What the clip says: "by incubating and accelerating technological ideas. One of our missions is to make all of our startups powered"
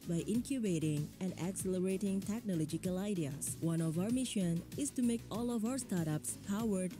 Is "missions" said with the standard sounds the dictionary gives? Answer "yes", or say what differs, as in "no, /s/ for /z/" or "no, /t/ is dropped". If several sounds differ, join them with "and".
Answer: no, /z/ is dropped